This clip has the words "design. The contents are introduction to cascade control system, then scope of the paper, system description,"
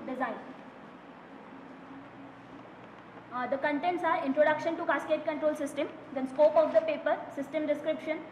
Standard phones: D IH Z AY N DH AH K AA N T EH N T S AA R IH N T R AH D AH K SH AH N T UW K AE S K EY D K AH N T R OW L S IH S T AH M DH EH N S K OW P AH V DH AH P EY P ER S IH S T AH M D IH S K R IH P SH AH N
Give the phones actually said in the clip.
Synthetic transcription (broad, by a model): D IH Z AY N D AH K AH N T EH N T S AA R IH N T R AH D AH K SH AH N T UW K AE S K EY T K AH N T R OW L S IH S T AH M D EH N S K OW P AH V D AH P EY P ER S IH S T AH M D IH S K R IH P SH AH N